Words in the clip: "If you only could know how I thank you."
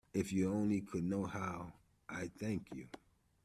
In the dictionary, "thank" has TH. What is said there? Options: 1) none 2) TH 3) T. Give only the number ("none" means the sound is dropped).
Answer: 2